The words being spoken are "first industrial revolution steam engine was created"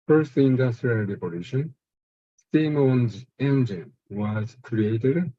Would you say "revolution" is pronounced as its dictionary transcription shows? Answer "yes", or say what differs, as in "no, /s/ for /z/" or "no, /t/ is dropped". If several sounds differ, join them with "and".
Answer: no, /p/ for /v/